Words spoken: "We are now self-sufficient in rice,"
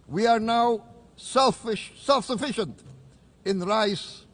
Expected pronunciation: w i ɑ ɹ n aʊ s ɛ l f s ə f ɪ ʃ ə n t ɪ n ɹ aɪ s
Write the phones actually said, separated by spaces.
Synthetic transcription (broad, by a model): w i ɑ ɹ n aʊ s ɛ l f s ə f ɪ ʃ ə n t ɪ n ɹ aɪ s